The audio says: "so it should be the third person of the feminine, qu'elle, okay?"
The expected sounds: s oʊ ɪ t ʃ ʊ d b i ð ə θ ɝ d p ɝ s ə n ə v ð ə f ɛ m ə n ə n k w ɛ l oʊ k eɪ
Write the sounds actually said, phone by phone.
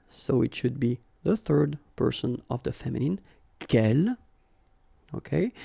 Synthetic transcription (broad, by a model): s oʊ ɪ t ʃ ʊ d b i ð ə θ ɝ d p ɝ s ə n ə v ð ə f ɛ m ə n ə n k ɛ l oʊ k eɪ